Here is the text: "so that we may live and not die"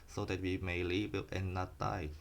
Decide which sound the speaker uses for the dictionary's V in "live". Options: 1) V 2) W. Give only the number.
2